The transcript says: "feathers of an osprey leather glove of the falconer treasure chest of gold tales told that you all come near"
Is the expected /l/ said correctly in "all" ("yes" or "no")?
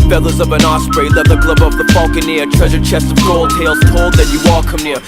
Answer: yes